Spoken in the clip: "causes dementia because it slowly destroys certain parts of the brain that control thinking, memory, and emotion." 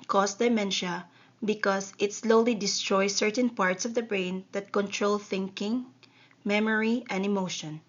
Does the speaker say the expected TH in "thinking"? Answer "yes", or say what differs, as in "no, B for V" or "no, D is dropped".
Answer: yes